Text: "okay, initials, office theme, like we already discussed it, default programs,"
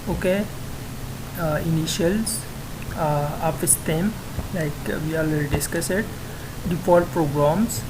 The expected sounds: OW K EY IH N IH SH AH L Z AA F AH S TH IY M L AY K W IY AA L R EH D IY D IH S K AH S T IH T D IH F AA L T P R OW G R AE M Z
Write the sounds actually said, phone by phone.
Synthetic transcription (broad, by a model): OW K EY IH N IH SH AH L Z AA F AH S T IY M L AY K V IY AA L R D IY D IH S K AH S IH T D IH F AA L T P R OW G R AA M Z